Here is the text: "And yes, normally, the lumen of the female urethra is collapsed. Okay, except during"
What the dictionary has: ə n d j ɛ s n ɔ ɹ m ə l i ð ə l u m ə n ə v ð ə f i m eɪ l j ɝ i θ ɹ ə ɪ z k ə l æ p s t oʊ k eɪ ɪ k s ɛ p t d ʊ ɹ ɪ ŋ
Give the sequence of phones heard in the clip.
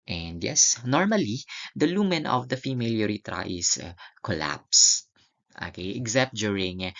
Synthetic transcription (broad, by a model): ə n d j ɛ s n ɔ ɹ m ə l i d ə l u m ə n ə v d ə f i m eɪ l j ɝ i t ɹ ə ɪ s k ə l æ p s t oʊ k eɪ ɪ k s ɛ p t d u ɹ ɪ ŋ